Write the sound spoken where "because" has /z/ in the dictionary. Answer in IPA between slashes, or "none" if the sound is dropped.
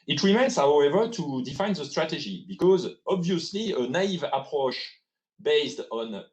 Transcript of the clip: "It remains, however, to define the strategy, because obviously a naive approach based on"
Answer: /z/